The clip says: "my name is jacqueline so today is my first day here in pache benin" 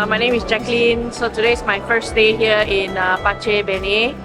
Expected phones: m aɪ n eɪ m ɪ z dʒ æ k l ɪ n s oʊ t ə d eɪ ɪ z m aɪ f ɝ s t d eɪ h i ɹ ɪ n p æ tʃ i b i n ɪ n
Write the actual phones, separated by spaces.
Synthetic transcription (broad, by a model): m aɪ n eɪ m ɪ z dʒ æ k l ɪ n s oʊ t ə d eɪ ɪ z m aɪ f ɝ s t d eɪ h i ɹ ɪ n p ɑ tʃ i b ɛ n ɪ